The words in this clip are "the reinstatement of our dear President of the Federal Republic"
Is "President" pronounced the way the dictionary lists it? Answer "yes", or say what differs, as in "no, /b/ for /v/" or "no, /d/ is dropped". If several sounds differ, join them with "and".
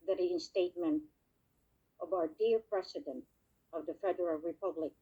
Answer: no, /s/ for /z/